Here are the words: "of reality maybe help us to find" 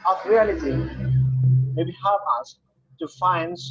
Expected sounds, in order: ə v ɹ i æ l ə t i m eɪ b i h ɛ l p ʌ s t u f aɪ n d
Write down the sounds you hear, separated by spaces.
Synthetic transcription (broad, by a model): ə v ɹ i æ l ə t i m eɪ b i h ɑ p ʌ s t u f aɪ n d